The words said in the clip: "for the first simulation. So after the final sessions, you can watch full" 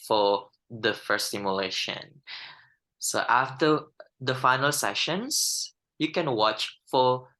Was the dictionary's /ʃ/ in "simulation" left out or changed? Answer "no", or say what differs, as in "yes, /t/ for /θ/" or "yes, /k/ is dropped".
no